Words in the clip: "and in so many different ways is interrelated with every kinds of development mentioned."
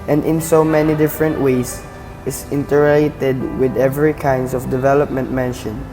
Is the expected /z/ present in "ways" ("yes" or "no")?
no